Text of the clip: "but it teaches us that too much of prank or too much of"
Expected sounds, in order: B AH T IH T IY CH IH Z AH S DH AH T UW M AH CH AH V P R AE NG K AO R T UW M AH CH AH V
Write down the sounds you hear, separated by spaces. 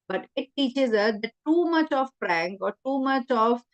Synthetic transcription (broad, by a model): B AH T IH T IY CH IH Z AH S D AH T UW M AH CH AH V F R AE NG K AO R T UW M AH CH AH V